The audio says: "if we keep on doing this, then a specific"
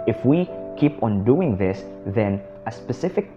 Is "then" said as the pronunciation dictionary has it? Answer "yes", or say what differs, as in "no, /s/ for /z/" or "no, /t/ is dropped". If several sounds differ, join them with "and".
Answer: yes